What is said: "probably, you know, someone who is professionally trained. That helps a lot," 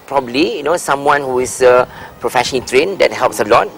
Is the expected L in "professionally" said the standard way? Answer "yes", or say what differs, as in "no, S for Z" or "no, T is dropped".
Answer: no, N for L